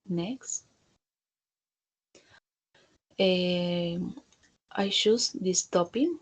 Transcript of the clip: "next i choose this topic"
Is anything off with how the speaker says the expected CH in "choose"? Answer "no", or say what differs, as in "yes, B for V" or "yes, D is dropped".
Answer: yes, SH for CH